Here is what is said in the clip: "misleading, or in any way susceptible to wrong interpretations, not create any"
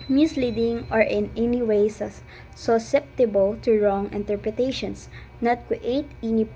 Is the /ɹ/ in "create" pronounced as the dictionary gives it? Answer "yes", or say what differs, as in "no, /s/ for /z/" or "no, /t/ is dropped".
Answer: no, /w/ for /ɹ/